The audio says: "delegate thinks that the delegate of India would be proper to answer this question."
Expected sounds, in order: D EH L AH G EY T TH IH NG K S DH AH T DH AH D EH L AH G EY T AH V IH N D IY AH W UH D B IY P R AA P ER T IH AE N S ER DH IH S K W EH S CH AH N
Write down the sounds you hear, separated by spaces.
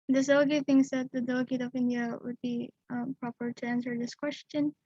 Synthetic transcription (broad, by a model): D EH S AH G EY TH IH NG S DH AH T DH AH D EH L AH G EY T AH V IH N D IY AH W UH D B IY P R AA P ER T IH AE N S ER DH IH S K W EH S CH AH N